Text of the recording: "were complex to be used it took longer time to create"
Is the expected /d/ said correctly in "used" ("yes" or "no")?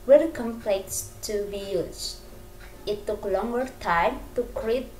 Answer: no